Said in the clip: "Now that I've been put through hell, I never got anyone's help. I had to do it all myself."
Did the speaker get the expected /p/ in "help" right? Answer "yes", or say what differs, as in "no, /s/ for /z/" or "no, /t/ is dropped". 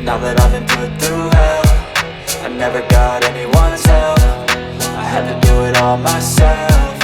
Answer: no, /f/ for /p/